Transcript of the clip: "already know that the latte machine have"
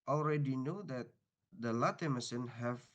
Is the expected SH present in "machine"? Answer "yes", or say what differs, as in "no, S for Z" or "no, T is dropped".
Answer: no, S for SH